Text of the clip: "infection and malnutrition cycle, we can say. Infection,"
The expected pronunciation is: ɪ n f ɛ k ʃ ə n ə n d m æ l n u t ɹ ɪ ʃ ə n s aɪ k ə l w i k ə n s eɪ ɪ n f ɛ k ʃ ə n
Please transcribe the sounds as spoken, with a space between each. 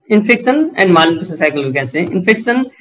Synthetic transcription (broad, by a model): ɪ n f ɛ k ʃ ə n ə n d m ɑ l u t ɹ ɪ s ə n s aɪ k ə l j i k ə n s eɪ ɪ n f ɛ k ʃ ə n